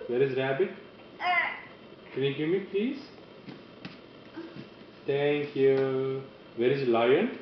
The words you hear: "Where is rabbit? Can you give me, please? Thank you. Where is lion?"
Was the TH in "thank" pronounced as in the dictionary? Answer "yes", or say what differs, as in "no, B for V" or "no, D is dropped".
no, T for TH